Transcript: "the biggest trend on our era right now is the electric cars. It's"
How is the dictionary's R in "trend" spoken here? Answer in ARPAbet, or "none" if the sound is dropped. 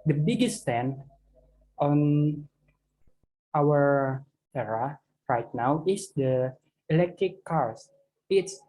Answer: none